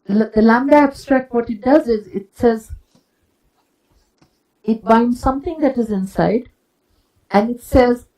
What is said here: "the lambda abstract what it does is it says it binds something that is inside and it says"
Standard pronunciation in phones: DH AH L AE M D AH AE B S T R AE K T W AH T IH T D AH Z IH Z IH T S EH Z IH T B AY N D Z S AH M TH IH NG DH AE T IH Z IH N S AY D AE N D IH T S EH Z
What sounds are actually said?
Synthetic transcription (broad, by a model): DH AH L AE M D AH AE B S T R AE K T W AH T IH T D AH Z IH Z IH T S EH Z IH T B AY N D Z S AH M T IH NG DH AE T IH Z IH N S AY D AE N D IH T S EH Z